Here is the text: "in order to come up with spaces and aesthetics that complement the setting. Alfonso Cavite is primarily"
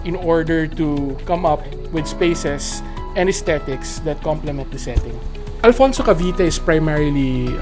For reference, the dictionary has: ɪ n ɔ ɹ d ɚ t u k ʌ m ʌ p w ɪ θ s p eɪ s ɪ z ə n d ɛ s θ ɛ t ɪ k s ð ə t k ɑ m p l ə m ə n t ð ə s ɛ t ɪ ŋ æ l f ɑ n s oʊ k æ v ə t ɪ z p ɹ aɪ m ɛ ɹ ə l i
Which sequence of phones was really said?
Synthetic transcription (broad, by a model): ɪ n ɔ ɹ d ɚ t u k ʌ m ʌ p w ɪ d s p eɪ s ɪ s ə n d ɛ s t ɛ t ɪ k s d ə t k ɑ m p l ə m ə n t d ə s ɛ t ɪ ŋ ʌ l f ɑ n s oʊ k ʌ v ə t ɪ s p ɹ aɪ m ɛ ɹ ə l i